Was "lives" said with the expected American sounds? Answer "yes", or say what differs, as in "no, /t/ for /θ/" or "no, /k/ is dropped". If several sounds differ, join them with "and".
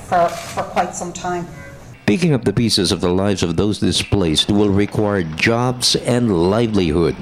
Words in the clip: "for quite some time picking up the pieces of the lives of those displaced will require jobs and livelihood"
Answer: yes